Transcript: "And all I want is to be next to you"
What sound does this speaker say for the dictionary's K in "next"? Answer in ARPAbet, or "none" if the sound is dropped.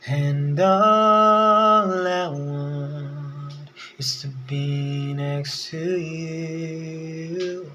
K